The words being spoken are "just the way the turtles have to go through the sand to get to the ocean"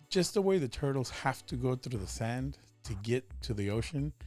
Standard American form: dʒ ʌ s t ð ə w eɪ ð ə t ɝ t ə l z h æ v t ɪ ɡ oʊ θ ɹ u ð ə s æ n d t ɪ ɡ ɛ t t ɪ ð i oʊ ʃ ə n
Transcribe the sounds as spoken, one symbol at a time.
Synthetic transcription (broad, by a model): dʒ ʌ s t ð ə w eɪ ð ə t ɝ t l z h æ f t ɪ ɡ oʊ θ ɹ u ð ə s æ n t ɪ ɡ ɛ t t ɪ ð i oʊ ʃ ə n